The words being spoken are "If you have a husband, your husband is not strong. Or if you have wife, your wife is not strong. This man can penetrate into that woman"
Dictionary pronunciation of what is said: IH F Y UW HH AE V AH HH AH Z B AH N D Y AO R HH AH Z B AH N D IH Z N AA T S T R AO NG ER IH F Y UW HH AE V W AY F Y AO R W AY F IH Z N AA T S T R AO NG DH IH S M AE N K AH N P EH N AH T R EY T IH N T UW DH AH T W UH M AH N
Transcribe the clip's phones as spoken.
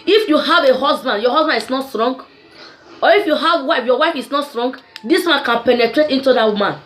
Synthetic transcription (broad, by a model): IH F Y UW HH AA V AH HH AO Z B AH N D Y AO HH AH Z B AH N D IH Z N AA T S T R AO NG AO IH F Y UW HH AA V W AY F Y AO W AY F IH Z N AA T S T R AO NG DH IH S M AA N K AH N P EH N AH T R EY T IH N T UW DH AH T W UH M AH N